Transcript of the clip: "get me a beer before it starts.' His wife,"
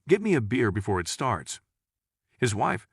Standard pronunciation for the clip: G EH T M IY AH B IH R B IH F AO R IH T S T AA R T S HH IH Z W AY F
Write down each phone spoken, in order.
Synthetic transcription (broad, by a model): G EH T M IY AH B IH R B IH F AO R IH T S T AA R T S HH IH Z W AY F